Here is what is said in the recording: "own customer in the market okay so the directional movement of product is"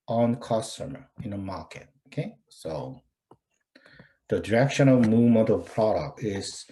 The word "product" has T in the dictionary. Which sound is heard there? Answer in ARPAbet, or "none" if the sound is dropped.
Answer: T